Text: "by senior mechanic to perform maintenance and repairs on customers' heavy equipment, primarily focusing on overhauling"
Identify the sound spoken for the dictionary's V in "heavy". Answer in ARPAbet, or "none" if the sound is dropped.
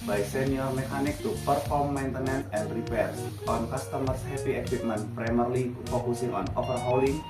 P